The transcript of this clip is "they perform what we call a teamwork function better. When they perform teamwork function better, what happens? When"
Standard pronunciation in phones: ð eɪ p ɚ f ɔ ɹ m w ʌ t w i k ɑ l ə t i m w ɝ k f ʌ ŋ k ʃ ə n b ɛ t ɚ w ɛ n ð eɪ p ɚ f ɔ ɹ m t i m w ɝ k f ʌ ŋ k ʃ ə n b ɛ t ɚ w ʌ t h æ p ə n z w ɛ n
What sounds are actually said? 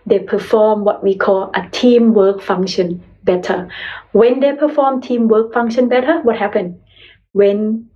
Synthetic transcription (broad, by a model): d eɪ p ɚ f ɔ m w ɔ t w i k ɑ l ə t i m w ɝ k f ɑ ŋ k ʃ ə n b ɛ t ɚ w ɛ n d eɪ p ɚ f ɔ m t i m w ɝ k f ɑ ŋ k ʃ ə n b ɛ t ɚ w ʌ t h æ p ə n w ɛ n